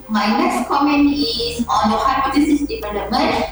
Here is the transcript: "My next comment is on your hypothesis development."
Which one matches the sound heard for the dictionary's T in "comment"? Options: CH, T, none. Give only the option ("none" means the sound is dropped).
none